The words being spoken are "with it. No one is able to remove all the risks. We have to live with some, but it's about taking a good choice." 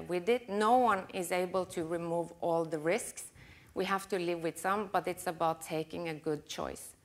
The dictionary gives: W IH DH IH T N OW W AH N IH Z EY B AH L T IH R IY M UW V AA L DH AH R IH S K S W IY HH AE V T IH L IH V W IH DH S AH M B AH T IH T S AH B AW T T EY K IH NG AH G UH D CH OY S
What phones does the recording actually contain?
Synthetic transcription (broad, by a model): W IH DH IH T N OW W AH N IH Z EY B AH L T IH R IY M UW V AA L DH AH R IH S K S W IY HH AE F T IH L IH V W IH DH S AH M B AH T IH T S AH B AW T T EY K IH NG AH G UH D CH OY S